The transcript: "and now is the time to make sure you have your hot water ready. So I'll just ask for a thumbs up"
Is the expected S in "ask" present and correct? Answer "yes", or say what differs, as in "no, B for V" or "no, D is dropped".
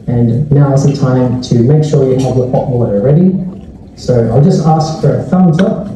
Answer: yes